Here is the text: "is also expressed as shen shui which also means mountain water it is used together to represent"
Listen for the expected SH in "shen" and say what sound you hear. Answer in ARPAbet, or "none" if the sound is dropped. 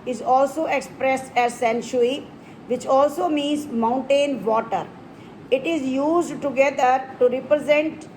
S